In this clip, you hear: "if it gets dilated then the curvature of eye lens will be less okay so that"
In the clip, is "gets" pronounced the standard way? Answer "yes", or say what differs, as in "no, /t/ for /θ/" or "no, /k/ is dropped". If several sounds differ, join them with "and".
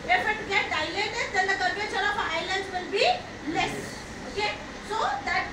no, /s/ is dropped